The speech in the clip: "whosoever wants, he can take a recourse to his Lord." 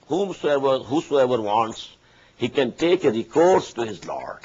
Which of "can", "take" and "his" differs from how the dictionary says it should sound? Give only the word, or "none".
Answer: none